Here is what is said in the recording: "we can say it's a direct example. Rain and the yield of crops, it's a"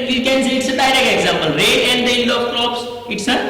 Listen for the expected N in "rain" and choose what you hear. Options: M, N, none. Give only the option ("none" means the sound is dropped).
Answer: none